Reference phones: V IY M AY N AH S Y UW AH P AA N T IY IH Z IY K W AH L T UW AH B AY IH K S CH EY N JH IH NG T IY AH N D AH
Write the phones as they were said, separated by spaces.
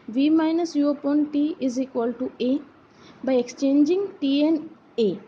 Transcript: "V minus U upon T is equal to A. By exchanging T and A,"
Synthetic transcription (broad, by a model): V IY M AY N AH S Y UW AH P AA N T IY IH Z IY K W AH L T UW AH B AY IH K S CH EY N JH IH NG T IY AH N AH